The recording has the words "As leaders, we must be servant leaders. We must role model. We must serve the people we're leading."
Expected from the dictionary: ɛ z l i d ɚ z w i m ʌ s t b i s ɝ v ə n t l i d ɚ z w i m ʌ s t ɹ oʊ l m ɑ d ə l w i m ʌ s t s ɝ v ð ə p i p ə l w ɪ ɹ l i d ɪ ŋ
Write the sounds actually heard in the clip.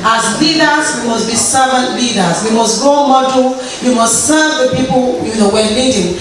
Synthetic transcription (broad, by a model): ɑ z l i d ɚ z w i m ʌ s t b i s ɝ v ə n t l i d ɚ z w i m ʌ s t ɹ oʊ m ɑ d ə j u m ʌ s t s ɝ v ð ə p i p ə n w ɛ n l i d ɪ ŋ